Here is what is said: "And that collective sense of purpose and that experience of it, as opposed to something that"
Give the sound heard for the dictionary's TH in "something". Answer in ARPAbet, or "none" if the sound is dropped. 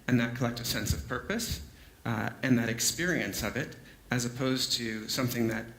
TH